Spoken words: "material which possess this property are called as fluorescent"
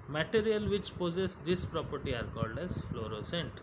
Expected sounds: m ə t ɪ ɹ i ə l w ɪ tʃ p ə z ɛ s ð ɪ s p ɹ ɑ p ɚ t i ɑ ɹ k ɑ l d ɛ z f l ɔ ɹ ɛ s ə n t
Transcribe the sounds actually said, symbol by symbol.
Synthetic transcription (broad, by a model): m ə t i ɹ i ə l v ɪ tʃ p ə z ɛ s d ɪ s p ɹ ɑ p ɚ t i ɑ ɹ k ɑ l d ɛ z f l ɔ ɹ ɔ s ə n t